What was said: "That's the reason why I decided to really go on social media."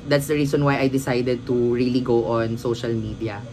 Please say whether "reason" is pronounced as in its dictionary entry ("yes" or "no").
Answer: no